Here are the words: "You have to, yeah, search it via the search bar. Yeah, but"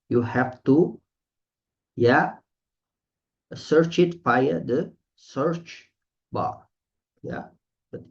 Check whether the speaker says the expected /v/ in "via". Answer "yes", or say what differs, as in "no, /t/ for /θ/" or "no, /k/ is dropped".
no, /p/ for /v/